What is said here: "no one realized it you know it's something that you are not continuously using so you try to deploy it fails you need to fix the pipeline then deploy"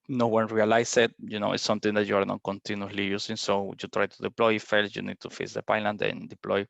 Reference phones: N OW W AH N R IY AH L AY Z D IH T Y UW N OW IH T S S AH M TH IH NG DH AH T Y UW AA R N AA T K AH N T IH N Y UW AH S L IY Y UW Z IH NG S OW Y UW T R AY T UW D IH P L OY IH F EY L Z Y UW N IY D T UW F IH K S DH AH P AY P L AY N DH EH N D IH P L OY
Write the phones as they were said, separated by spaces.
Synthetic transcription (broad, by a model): N OW W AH N R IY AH L AY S IH T Y UW N OW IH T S S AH M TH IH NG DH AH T Y UW AA R N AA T K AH N T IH N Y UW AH L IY Y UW S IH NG S OW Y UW T R AY T UW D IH P L OY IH F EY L S Y UW N IY D T UW F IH S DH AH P AY L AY N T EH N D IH P L OY